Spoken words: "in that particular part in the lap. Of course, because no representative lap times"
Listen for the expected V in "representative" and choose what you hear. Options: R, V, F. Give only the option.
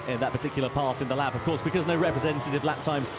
V